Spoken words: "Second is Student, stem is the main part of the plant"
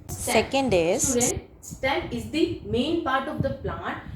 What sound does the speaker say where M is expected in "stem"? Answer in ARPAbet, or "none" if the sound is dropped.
none